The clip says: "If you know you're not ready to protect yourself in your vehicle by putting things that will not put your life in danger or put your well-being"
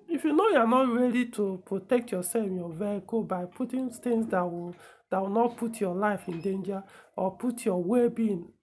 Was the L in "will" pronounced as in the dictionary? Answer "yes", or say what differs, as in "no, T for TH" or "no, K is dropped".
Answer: no, W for L